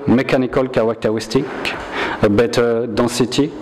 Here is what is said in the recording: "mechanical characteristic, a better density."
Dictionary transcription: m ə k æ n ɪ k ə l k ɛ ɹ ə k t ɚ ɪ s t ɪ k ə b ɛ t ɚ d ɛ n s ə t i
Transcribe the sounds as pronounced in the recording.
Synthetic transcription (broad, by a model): m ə k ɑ n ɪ k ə l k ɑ w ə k t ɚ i s t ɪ k ə b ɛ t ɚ d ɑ s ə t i